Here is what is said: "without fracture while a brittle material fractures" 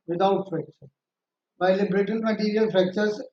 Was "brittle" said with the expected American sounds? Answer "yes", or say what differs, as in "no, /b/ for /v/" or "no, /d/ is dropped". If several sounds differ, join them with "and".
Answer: no, /n/ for /l/